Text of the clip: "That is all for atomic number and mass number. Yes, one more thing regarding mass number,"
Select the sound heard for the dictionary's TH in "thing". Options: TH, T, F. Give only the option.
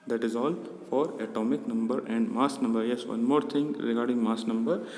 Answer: T